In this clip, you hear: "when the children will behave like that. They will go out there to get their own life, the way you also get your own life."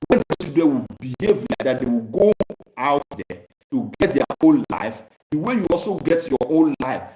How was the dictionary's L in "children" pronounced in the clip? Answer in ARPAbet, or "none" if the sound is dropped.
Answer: none